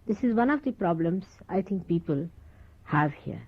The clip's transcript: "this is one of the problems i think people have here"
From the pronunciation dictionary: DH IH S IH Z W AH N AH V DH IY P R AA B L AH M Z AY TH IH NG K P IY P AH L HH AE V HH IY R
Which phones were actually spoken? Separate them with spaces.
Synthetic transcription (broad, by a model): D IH S IH Z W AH N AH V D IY P R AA B L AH M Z AY T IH NG K P IY P AH L HH AE V HH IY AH